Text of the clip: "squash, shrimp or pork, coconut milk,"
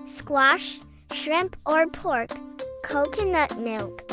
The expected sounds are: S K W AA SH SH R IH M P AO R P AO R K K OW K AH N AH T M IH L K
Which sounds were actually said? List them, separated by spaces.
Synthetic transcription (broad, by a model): S K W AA SH SH R IH M P AO R P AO R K K OW K AH N AH T M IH L K